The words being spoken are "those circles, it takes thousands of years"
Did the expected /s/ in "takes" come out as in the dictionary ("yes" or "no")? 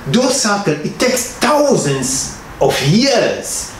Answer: yes